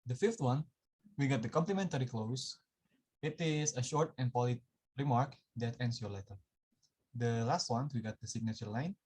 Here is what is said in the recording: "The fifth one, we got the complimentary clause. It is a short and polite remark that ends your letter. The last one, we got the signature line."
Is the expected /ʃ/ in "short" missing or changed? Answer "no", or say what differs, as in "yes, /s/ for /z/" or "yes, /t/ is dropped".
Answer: no